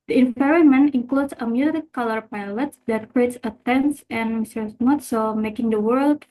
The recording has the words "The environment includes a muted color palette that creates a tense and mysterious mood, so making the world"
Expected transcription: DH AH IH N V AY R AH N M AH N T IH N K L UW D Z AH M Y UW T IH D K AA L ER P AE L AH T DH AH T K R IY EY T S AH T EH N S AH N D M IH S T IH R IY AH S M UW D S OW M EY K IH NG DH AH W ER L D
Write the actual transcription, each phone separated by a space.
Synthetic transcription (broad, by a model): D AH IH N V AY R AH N M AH N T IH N K L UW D S AH M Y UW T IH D K AA L ER P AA L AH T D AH T K R IY EY T S AH T EH N S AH N M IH S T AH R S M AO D S OW M EY K IH NG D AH W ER L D